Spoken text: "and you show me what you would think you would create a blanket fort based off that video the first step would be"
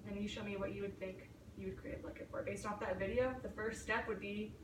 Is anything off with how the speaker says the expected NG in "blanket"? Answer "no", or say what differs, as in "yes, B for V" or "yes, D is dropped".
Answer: yes, NG is dropped